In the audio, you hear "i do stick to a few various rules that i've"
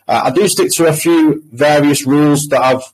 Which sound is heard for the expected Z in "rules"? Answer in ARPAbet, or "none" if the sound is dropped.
Z